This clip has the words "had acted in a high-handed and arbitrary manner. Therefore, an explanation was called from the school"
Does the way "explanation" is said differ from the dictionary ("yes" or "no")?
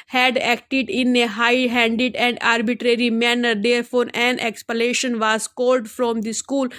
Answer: yes